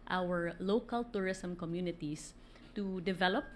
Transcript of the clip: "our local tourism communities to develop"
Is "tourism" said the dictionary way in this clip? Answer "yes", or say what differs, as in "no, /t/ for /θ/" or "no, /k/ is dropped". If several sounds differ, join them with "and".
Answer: no, /s/ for /z/